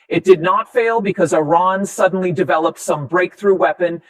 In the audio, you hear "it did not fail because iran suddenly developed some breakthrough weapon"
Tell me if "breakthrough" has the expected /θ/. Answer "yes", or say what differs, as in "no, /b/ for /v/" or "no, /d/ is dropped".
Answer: yes